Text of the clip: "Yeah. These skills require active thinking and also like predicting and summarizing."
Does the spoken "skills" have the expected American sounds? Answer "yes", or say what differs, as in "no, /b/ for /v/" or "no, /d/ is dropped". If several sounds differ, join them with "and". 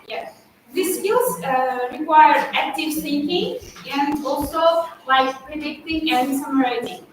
no, /l/ is dropped